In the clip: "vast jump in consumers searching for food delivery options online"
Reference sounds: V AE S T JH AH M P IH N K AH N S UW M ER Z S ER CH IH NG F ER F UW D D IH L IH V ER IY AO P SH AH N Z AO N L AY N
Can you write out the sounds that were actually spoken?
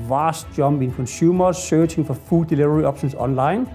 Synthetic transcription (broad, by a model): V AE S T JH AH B IH N K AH N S UW M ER S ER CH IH NG F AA F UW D D IH L IH V ER IY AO B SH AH N S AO N L AY N